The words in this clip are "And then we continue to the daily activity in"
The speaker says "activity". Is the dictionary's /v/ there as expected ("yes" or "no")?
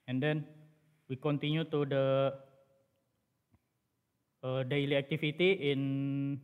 no